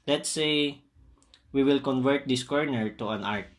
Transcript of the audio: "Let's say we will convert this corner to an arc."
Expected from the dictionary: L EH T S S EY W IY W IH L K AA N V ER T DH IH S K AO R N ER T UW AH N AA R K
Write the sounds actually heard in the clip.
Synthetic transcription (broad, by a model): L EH T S S EY W IY W IH L K AA N V ER T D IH S K AO R N ER T UW AH N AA R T